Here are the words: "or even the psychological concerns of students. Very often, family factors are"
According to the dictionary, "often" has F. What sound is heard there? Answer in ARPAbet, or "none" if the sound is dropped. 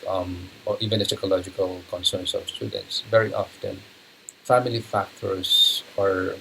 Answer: F